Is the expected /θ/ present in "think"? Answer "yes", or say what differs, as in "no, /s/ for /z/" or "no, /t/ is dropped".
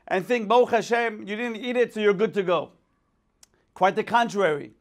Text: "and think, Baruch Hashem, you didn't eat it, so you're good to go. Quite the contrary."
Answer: yes